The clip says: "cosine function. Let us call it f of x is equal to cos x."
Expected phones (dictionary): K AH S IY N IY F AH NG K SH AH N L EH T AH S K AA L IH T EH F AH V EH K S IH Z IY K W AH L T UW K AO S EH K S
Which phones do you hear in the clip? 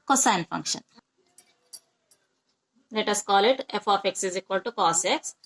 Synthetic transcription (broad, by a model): K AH S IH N F AH NG K SH AH N L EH T AH S K AA L IH T EH F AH F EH K S IH Z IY K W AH L T UW K AO S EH K S